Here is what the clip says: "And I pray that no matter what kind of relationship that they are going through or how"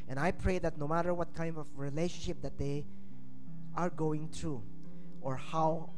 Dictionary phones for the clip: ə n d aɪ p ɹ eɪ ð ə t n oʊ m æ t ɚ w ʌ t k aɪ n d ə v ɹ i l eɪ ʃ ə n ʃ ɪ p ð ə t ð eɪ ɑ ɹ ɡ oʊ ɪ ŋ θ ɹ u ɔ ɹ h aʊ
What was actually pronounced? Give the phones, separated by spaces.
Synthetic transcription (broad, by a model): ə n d aɪ p ɹ eɪ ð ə t n oʊ m æ t ɚ w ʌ t k aɪ n d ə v ɹ i l eɪ ʃ ə n ʃ ɪ p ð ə t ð eɪ ɑ ɹ ɡ oʊ ɪ ŋ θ ɹ u ɔ ɹ h aʊ